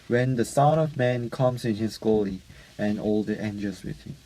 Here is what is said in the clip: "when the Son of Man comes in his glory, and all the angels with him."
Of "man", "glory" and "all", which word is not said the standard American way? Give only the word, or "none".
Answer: glory